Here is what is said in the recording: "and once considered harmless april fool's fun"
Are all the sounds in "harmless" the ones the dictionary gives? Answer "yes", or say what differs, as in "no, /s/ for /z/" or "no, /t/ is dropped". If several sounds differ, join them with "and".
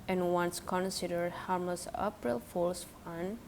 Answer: no, /l/ is dropped